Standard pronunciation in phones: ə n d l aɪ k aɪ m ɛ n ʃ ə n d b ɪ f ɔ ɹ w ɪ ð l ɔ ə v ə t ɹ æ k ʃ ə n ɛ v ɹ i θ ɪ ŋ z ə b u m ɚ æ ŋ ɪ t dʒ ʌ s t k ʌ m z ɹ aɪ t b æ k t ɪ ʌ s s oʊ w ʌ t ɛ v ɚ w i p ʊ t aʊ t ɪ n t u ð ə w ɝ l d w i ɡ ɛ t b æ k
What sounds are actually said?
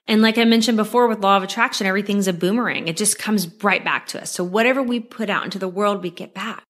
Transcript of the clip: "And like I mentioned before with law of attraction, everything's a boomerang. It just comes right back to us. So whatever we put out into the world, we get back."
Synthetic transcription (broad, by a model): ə n l aɪ k aɪ m ɛ n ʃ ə n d b ɪ f ɔ ɹ w ɪ ð l ɔ ə v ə t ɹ æ k ʃ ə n ɛ v ɹ i θ ɪ ŋ z ə b u m ɚ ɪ ŋ ɪ t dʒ ʌ s k ʌ m z ɹ aɪ t b æ k t ɪ ʌ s s oʊ w ʌ t ɛ v ɚ w i p ʊ t aʊ t ɪ n t u ð ə w ɝ l d w i ɡ ɛ t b æ k